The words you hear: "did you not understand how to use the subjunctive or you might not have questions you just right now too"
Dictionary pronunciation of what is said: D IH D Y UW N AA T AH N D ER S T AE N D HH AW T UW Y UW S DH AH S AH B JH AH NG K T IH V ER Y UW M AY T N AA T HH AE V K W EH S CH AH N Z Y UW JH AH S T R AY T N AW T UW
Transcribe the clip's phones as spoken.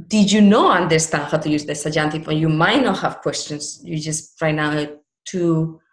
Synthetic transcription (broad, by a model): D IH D Y UW N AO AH N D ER S T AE N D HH AW T UW Y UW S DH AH S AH JH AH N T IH F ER Y UW M AY T N AA T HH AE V K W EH S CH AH N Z Y UW JH AH S T R AY T N AW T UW